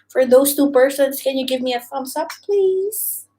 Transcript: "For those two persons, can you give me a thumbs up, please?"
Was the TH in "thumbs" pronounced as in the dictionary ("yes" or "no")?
no